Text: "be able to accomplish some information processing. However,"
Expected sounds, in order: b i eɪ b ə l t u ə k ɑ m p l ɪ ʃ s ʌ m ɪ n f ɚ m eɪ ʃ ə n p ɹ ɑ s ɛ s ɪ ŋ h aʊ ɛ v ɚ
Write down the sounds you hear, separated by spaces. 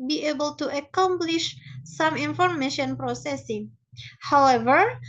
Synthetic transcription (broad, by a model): b i eɪ b ə l t u ə k ɑ m p l ɪ ʃ s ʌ m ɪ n f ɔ m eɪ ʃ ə n p ɹ ɑ s ɛ s ɪ ŋ h aʊ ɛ v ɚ